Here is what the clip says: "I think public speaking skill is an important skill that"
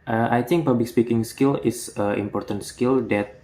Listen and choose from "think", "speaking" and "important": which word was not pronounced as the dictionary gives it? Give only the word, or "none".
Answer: think